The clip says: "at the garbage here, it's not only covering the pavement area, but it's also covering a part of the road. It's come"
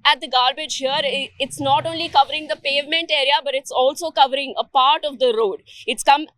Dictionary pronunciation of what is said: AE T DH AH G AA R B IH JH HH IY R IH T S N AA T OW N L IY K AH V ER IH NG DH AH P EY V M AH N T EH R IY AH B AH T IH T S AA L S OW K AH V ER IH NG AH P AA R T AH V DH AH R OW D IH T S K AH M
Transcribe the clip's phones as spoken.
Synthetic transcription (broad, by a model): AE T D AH G AA R B IH JH HH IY R IH T S N AA T OW N L IY K AH V ER IH NG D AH P EY V M AH N T EH R IY AH B AH T IH T S AA L S OW K AH V ER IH NG AH P AA R T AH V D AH R OW D IH T S K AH M